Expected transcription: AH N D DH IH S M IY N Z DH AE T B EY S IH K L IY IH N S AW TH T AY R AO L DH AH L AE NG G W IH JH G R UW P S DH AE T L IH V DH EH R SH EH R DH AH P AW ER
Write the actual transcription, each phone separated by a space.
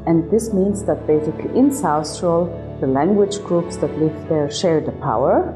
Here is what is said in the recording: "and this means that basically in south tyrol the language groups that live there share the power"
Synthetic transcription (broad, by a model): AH N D DH IH S M IY N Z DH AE T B EY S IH K L IY IH N S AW S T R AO L DH AH L AE NG G W IH JH G R UW P S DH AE T L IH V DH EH R SH EH R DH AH P AW ER